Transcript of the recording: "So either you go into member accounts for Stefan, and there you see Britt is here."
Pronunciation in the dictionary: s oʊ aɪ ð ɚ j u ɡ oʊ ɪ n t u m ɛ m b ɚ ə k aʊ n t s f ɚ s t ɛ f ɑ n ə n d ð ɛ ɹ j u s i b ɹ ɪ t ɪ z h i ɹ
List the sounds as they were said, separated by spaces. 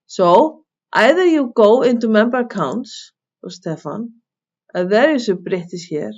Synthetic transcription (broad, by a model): s oʊ aɪ ð ɚ j u ɡ oʊ ɪ n t u m ɛ m b ɚ ə k aʊ n t s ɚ s t ɛ f ɑ n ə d ð ɛ ɹ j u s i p ɹ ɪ t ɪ s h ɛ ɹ